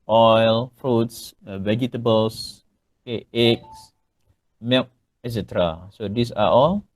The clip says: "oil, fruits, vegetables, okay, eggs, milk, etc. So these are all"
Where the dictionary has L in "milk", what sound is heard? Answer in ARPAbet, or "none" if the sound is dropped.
none